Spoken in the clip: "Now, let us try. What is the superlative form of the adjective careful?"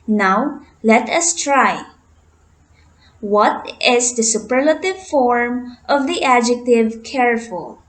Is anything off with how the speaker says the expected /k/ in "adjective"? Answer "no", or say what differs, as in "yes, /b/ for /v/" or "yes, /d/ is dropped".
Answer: no